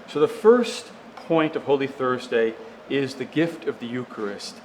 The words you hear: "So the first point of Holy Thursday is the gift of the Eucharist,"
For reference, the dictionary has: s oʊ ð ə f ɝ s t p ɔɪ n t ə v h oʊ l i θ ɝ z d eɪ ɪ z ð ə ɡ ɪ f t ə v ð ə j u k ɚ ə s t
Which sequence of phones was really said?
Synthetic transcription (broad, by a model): s oʊ ð ə f ɝ s t p ɔɪ n t ə v h oʊ l i θ ɝ z d eɪ ɪ z ð ə ɡ ɪ f t ə v ð ə j u k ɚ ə s t